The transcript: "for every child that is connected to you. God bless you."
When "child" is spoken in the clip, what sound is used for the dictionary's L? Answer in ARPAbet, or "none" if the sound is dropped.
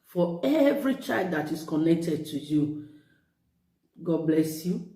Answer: L